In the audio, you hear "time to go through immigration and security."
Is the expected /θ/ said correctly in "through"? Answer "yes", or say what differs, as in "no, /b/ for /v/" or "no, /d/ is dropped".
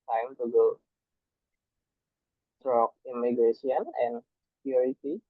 no, /t/ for /θ/